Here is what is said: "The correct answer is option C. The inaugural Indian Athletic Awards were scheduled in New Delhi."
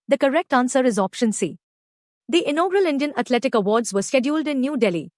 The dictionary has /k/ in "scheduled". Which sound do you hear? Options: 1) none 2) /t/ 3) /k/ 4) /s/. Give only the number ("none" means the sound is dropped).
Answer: 3